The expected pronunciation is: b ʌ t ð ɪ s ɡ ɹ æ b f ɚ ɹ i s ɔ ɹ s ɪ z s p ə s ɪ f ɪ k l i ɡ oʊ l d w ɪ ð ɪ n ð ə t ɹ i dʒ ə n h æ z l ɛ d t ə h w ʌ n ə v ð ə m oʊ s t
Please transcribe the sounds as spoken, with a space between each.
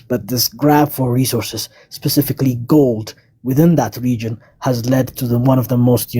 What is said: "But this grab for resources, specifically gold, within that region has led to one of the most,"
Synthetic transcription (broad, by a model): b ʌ t ð ɪ s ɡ ɹ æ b f ɚ ɹ i s ɔ ɹ s ɪ z s p ə s ɪ f ɪ k l i ɡ oʊ l d w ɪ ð ɪ n ð ə t ɹ i dʒ ə n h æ z l ɛ d t ə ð w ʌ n ə v ð ə m oʊ s t